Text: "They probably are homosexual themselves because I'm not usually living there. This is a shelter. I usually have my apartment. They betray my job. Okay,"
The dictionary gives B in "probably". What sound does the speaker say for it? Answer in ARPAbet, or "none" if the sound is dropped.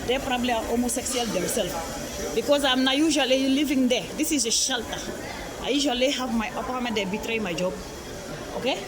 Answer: B